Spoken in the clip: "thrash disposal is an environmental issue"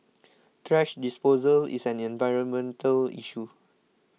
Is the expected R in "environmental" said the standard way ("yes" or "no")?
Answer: yes